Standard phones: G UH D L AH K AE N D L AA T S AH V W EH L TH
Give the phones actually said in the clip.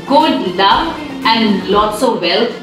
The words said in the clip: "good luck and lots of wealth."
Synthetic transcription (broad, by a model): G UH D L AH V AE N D L AA T S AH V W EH L